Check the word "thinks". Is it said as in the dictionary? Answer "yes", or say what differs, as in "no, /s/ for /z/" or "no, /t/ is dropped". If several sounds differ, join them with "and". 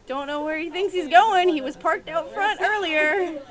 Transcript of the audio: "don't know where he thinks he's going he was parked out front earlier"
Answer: yes